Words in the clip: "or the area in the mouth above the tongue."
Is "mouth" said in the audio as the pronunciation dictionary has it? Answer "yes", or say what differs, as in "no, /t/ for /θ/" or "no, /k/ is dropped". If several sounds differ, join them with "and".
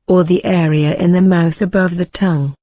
yes